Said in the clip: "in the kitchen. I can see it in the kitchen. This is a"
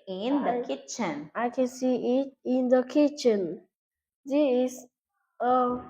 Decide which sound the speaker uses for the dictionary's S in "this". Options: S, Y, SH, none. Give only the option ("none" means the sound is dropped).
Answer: none